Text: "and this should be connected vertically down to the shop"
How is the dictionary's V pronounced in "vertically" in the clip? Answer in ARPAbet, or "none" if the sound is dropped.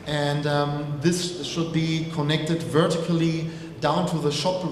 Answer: V